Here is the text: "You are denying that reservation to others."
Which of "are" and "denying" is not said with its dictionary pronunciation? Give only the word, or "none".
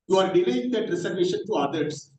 denying